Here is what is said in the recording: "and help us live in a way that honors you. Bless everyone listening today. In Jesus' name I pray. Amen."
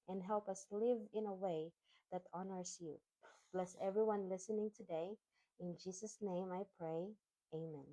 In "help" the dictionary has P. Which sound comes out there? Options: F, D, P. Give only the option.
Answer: P